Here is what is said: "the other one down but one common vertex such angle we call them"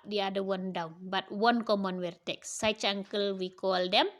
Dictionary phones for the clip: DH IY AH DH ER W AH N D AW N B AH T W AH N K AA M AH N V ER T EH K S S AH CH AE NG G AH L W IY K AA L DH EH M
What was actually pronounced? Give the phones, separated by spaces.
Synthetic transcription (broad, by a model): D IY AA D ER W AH N D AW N B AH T W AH N K AA M AH N W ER T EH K S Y CH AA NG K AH L W IY K AA L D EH M